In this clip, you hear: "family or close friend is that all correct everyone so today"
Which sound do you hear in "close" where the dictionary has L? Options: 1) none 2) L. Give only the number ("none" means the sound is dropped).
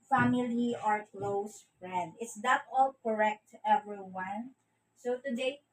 2